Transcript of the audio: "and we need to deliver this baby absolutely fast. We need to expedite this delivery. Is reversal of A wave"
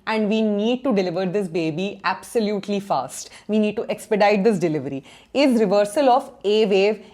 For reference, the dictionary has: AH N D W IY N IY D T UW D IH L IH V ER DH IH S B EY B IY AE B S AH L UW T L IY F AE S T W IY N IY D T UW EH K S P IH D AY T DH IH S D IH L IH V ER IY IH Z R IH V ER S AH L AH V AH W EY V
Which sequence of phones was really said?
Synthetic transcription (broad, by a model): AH N D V IY N IY D T UW D IH L IH V ER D IH S B EY B IY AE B S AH L UW T L IY F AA S T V IY N IY D T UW EH K S P IH D AY T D IH S D IH L IH V ER IY IH Z R IH V ER S AH L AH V AH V EY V